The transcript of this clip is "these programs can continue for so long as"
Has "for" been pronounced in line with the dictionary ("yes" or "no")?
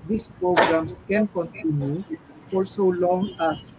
no